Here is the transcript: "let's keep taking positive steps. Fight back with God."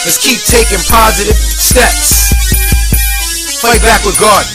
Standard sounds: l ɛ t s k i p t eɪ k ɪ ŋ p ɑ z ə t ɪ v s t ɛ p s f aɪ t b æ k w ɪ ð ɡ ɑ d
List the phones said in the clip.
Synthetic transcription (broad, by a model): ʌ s k i p t eɪ k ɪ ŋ p ɑ z ə t ɪ v s t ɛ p s f aɪ t b æ k w ɪ ð ɡ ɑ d